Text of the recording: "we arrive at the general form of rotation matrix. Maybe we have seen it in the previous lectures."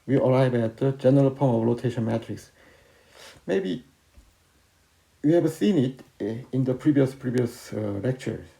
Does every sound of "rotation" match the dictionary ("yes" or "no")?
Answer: no